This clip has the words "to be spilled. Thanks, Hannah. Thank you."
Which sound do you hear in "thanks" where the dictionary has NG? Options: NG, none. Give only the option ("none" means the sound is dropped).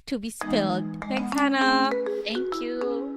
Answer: none